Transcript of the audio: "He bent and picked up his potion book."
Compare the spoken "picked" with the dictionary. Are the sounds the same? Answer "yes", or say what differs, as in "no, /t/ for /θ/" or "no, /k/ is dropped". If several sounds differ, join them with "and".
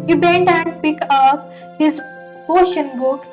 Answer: no, /t/ is dropped